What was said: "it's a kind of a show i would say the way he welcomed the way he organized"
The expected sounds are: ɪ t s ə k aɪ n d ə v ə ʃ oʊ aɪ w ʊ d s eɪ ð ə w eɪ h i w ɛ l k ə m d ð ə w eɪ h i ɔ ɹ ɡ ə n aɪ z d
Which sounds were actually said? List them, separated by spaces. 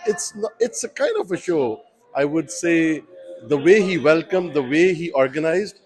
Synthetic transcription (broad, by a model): ɪ t s ə k aɪ n d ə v ə ʃ oʊ aɪ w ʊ d s eɪ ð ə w eɪ h i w ɛ l k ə m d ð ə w eɪ h i ɔ ɹ ɡ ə n aɪ z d